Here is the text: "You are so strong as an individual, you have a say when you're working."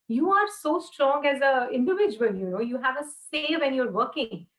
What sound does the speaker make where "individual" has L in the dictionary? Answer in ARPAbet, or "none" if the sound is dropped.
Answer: N